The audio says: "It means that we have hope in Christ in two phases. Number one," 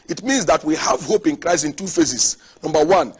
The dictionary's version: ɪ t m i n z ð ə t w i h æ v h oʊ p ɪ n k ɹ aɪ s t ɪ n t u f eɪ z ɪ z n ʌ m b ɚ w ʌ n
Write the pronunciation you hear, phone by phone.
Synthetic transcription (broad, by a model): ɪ t m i n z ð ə t w i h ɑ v h oʊ p ɪ n k ɹ aɪ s ɪ n t u f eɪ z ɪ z n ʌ m b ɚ w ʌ n